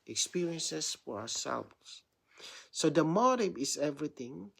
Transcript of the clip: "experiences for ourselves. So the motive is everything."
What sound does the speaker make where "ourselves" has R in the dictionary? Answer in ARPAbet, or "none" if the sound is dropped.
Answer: W